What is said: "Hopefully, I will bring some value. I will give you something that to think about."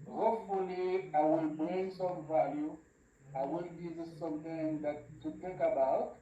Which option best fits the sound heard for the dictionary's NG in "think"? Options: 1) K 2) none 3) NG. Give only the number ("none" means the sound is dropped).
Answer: 2